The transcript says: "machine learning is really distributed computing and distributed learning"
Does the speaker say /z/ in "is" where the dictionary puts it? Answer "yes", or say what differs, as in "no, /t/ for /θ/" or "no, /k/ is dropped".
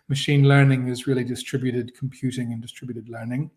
yes